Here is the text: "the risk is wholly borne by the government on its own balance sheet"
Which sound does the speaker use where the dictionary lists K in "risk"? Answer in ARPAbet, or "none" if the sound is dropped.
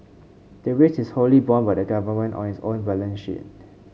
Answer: none